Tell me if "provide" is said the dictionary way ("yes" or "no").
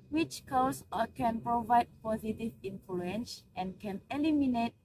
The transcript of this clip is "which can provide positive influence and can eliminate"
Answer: yes